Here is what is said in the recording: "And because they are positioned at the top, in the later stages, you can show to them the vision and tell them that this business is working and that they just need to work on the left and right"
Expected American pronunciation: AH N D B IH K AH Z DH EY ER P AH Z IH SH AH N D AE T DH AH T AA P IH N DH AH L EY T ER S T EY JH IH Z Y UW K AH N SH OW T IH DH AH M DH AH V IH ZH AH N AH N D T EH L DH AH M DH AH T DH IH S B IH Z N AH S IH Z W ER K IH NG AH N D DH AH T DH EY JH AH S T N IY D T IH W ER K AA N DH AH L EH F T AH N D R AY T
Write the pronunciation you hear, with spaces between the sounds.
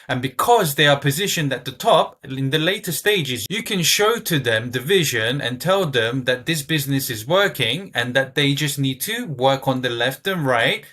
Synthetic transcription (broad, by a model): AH N B IH K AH Z DH EY ER P AH Z IH SH AH N D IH T DH AH T AA P IH N DH AH L EY T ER S T EY JH IH Z Y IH K AH N SH OW T IH DH AH M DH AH V IH ZH AH N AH N T EH L DH AH M DH AH T DH IH S B IH Z N AH S IH Z W ER K IH NG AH N DH AH T DH EY JH AH S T N IY D T IH W ER K N DH AH L EH F T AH N R AY T